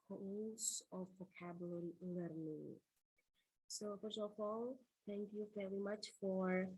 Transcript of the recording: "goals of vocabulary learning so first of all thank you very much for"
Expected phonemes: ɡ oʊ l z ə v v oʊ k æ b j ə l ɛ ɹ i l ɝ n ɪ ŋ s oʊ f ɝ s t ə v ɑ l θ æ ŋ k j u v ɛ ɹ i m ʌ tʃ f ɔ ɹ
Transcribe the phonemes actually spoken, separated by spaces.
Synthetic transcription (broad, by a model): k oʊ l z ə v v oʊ k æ b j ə l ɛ ɹ i l ɝ n ɪ ŋ s oʊ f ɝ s ə f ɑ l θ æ ŋ k j u v ɛ ɹ i m ʌ tʃ f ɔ ɹ